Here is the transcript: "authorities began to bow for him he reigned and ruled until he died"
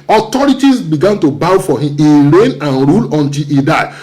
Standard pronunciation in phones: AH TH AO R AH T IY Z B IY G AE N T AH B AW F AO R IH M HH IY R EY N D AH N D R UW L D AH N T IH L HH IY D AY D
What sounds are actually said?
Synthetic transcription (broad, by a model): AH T AO R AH T IY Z B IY G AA N T AH B AW F AO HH IH M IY R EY N AH N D R UW L AH N T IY L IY D AY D